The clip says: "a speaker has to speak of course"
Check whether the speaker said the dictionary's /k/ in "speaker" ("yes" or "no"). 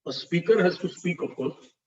yes